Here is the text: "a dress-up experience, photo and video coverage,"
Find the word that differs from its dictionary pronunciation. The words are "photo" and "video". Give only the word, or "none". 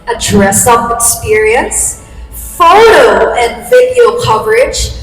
none